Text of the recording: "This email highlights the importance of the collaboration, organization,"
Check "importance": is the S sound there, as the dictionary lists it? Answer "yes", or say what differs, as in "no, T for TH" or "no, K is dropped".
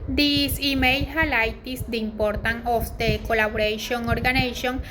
no, S is dropped